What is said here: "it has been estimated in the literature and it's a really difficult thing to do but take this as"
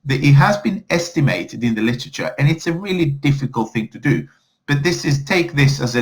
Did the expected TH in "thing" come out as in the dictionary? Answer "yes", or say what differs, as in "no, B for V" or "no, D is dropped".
yes